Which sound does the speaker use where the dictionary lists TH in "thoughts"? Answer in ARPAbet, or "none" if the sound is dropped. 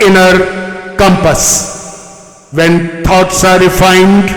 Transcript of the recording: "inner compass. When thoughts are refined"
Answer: T